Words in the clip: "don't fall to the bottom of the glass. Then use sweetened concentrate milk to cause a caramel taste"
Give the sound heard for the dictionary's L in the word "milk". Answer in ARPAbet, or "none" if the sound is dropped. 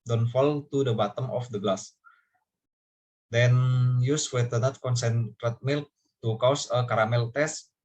L